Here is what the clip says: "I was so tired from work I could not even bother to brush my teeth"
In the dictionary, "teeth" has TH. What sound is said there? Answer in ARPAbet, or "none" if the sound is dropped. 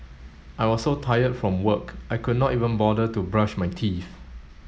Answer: F